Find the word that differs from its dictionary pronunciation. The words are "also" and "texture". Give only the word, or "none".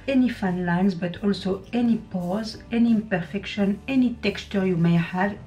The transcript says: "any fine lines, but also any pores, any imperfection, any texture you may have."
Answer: none